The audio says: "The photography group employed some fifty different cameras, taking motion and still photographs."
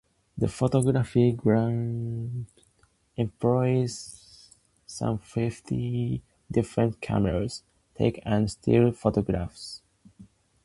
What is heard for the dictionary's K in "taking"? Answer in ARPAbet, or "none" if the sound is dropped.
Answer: none